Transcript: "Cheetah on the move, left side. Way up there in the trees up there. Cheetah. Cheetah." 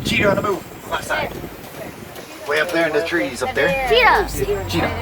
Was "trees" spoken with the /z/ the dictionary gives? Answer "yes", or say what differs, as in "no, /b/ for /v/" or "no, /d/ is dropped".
yes